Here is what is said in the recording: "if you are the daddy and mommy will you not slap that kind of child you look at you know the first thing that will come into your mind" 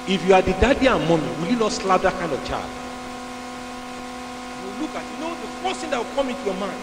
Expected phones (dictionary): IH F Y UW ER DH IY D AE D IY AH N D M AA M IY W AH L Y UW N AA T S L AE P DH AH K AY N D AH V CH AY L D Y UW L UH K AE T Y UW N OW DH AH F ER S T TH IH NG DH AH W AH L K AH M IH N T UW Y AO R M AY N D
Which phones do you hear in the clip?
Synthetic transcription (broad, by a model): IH F Y UW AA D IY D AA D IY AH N M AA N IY W AH L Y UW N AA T S L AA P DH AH K AY N D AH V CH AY D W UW L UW K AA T Y UW N OW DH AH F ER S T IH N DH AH W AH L K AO M IH N T UW Y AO M AY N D